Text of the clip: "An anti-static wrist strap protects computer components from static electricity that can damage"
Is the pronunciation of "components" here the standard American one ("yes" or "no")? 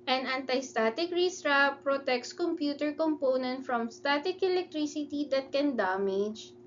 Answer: no